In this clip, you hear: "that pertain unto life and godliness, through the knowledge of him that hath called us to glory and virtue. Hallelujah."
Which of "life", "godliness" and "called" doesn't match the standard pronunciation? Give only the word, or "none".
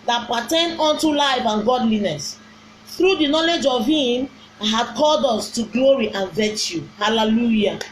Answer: none